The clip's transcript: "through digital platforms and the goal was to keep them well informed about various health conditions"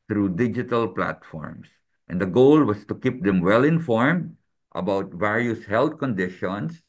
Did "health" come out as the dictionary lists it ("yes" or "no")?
no